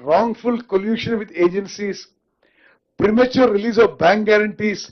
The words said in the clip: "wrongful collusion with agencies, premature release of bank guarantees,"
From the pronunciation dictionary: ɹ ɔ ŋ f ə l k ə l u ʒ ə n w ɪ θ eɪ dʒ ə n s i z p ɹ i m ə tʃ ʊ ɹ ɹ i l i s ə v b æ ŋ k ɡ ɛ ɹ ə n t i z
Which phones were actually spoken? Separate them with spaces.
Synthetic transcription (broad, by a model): ɹ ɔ ŋ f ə l k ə l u ʃ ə n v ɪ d eɪ dʒ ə n s i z p ɹ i m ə tʃ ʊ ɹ ɹ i l i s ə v b æ ŋ k ɡ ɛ ɹ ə n t i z